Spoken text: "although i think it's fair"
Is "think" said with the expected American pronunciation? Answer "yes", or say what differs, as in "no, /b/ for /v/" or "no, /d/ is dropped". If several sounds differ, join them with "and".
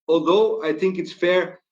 yes